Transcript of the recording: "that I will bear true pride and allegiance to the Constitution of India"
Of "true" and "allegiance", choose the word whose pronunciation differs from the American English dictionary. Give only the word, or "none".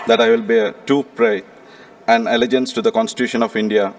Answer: true